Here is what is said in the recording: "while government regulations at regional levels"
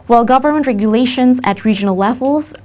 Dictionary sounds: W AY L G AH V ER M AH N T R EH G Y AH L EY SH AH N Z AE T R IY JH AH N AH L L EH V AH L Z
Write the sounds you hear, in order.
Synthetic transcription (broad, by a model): W AY L G AH V ER M AH N T R EH G Y AH L EY SH AH N Z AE T R IY JH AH N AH L L EH V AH L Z